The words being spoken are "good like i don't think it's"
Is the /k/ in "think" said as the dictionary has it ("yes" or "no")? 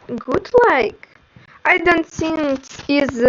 no